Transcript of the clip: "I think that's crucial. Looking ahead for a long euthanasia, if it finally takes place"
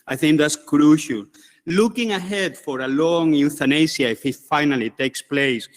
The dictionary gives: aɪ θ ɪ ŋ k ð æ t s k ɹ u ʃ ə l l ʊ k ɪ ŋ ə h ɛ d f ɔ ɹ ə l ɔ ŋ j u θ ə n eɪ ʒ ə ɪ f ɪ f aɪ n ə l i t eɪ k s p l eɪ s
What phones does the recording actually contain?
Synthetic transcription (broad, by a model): aɪ θ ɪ ŋ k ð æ t s k ɹ u ʃ ə l l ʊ k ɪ ŋ ə h ɛ d f ɔ ɹ ə l ɔ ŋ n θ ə n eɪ s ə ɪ f ɪ f aɪ n ə l i t eɪ k s p l eɪ s